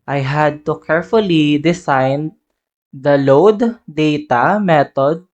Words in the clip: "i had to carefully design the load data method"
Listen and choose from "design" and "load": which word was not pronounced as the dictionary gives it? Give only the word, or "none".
design